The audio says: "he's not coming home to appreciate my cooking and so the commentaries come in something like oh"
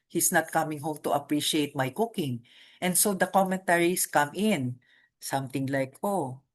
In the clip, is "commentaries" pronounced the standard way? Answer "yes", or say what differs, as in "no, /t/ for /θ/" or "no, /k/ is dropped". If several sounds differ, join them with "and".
no, /s/ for /z/